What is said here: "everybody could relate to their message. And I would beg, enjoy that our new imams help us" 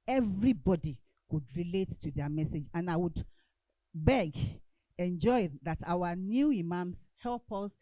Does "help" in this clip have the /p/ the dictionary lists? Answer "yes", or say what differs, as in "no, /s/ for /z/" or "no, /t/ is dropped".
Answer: yes